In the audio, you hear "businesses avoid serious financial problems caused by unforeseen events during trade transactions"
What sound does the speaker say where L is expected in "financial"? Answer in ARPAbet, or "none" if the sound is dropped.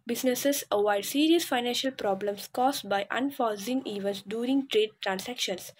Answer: L